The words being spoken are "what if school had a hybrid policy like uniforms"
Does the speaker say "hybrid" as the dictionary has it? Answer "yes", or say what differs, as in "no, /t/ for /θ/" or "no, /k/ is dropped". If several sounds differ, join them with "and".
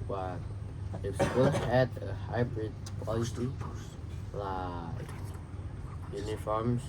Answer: yes